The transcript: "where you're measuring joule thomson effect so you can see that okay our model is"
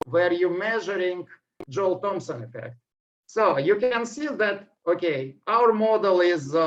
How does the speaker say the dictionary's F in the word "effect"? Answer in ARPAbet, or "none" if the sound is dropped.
F